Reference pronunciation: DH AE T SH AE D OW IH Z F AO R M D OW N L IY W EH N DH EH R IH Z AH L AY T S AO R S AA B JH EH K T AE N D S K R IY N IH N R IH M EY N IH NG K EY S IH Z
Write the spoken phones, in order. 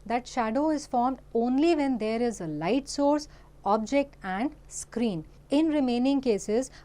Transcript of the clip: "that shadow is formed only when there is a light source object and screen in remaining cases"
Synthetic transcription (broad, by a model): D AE T SH AE D OW IH Z F AO R M D OW N L IY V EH N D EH R IH Z AH L AY T S AO R S AA B JH EH K T AE N D S K R IY N IH N R IH M EY N IH NG K EY S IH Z